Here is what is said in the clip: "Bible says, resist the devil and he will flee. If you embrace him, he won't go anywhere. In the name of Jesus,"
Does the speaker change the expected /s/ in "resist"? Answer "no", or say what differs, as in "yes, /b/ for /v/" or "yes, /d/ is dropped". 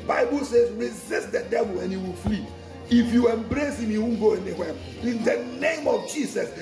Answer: no